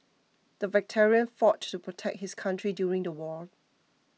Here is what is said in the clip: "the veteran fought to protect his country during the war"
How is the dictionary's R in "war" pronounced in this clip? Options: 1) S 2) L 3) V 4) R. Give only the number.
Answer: 2